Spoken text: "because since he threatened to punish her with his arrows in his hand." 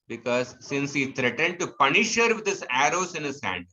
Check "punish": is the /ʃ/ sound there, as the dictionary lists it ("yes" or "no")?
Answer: yes